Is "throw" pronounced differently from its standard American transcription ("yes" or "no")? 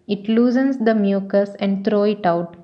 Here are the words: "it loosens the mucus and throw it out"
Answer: yes